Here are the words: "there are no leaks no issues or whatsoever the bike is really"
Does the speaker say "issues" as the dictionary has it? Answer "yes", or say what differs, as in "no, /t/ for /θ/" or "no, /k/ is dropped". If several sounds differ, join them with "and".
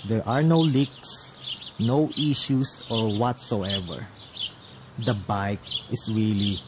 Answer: no, /s/ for /z/